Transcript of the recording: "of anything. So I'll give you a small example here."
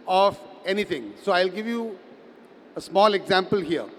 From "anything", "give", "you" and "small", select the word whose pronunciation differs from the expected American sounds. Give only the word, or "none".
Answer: anything